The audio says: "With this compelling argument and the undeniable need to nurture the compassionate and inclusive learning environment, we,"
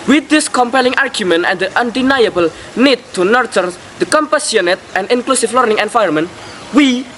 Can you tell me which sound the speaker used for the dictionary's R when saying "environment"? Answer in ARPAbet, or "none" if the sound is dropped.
none